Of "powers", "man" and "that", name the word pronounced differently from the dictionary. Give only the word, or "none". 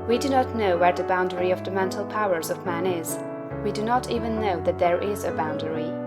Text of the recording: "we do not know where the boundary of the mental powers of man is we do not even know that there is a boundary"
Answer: none